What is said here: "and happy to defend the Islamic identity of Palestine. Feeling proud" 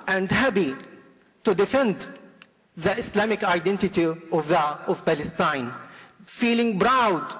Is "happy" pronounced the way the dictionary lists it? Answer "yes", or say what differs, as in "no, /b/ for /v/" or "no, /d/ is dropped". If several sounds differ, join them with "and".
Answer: no, /b/ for /p/